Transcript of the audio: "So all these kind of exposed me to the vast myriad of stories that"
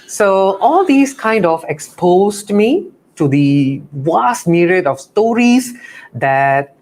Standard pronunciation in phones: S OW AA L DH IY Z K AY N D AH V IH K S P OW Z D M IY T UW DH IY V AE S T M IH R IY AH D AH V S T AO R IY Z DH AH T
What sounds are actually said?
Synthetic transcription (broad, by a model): S OW AA L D IY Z K AY N D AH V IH K S P OW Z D M IY T UW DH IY W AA S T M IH R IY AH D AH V S T AO R IY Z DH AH T